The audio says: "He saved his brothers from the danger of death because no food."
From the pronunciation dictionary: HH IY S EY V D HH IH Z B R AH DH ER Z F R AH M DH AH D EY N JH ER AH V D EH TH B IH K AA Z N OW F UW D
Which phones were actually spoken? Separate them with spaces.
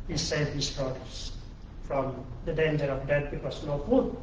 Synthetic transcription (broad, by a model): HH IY S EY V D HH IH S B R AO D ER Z F R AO M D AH D EY N JH ER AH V D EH T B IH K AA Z N OW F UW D